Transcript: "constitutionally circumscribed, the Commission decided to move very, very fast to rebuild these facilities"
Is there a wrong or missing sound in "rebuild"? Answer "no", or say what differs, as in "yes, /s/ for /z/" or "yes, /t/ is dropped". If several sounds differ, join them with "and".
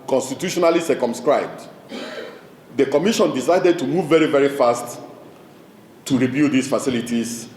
yes, /l/ is dropped